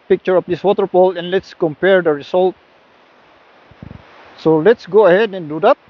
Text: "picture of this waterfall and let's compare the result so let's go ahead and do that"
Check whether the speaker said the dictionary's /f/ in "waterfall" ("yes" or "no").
no